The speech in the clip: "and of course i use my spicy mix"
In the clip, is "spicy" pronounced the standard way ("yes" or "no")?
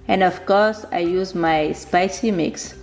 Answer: yes